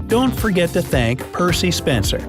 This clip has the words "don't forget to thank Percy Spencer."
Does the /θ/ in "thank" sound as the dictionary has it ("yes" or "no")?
yes